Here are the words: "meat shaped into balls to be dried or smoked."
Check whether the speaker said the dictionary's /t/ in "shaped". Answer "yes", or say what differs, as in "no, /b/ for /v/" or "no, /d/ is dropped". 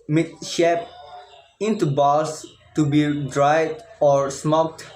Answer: no, /t/ is dropped